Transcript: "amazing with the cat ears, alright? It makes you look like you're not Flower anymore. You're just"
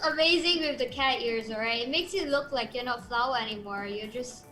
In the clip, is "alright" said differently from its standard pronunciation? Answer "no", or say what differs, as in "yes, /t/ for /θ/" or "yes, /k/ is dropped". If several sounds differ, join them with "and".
yes, /l/ is dropped